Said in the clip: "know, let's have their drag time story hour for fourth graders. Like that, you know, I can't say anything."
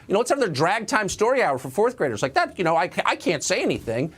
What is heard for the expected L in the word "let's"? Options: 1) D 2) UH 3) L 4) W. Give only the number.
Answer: 4